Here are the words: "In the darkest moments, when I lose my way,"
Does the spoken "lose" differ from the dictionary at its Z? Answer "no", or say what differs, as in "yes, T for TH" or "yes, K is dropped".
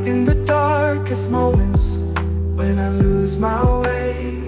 no